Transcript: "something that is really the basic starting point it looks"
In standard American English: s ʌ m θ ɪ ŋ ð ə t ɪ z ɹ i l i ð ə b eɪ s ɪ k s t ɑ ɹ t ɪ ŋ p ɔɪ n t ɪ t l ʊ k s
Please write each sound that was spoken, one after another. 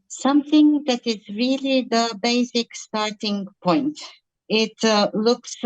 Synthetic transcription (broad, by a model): s ʌ m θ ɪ ŋ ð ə t ɪ z ɹ i l i ð ə b eɪ s ɪ k s t ɑ ɹ t ɪ ŋ p ɔɪ n t ɪ t l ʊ k s